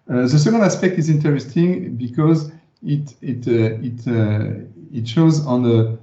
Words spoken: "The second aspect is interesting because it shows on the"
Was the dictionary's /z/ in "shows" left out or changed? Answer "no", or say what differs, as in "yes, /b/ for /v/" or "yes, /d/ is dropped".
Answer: no